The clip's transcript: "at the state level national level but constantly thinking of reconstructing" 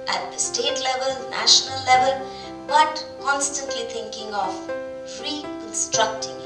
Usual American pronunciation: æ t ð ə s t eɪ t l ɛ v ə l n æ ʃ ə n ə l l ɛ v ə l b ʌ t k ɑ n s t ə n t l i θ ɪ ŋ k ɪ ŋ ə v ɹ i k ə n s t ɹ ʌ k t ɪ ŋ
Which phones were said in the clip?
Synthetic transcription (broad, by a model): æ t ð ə s t eɪ t l ɛ v ə l n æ ʃ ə n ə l l ɛ v ə l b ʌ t k ɑ n s t ə n t l i t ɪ ŋ k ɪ ŋ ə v ɹ i k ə n s t ɹ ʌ k t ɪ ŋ